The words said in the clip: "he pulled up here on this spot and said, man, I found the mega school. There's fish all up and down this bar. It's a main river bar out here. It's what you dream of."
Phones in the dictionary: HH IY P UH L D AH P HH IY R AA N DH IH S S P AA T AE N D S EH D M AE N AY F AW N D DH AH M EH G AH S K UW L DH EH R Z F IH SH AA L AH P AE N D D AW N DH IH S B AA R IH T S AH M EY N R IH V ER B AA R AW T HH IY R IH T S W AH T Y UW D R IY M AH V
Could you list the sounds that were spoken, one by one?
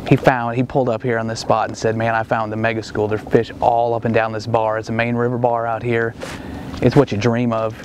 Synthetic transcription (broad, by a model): HH IY P UH L D AH P HH IY R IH N DH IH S S P AA T N S EH D M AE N AY F AW N DH AH M EH G AH S K UW L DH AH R F IH SH AA L AH P N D D AW N DH IH S B AA R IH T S AH M EY N R IH V ER B AA R AW T HH IY R IH T S W AH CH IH D R IY M AH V